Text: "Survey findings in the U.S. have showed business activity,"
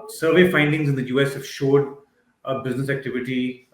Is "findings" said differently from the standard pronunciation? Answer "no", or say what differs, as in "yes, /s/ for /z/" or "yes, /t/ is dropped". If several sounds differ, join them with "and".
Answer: no